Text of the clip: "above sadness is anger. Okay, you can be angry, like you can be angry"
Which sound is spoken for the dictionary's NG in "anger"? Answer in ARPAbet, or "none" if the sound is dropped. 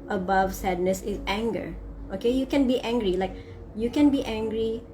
NG